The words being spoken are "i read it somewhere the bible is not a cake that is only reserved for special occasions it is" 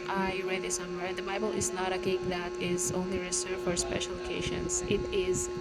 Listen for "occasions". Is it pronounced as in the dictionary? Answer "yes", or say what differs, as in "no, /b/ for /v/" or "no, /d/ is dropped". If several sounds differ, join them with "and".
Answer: no, /ʃ/ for /ʒ/ and /s/ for /z/